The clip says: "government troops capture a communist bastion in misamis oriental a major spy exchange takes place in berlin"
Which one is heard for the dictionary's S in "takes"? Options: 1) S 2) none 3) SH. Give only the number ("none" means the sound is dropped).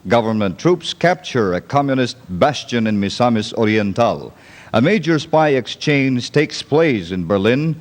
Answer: 1